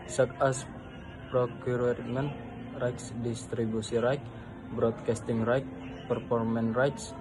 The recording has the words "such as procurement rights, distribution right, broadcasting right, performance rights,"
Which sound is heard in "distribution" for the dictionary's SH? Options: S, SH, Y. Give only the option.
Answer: S